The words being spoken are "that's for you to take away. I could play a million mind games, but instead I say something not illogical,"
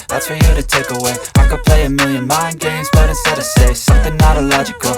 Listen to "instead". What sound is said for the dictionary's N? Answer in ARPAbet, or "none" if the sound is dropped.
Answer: none